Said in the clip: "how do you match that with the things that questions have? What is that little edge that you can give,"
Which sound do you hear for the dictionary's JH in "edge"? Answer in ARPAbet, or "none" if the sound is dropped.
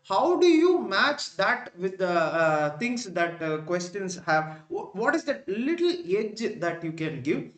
JH